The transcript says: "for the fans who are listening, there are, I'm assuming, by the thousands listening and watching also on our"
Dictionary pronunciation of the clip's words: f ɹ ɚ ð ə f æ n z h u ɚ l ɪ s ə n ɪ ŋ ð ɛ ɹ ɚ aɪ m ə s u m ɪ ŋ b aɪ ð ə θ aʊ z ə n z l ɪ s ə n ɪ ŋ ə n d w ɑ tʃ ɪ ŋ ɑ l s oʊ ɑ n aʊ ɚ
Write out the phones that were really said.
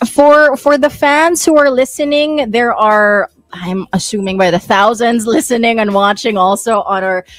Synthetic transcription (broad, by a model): f ɹ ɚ ð ə f æ n z h u ɚ l ɪ s ə n ɪ ŋ ð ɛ ɹ ɚ aɪ m ə s u m ɪ ŋ b aɪ ð ə θ aʊ z ə n z l ɪ s ə n ɪ ŋ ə n w ɑ tʃ ɪ ŋ ɑ l s oʊ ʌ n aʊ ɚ